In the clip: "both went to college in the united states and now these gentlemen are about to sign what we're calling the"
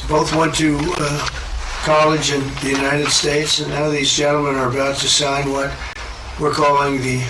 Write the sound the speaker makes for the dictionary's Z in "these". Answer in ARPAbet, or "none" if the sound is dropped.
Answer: Z